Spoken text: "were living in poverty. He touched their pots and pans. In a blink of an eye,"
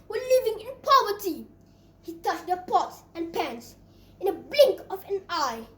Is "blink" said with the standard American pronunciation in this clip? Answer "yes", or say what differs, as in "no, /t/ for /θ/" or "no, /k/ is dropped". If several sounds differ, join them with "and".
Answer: yes